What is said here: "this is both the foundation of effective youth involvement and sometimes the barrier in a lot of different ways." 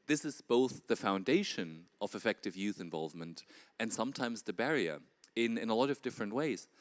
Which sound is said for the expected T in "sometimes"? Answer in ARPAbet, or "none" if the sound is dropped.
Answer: T